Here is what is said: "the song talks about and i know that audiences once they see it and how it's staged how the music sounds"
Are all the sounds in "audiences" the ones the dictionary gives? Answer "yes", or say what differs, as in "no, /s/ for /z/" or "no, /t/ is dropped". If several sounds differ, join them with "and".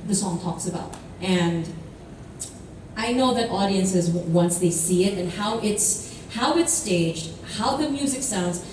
yes